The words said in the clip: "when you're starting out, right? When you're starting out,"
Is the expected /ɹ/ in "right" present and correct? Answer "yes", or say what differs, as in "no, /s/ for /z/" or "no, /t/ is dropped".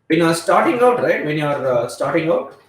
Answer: yes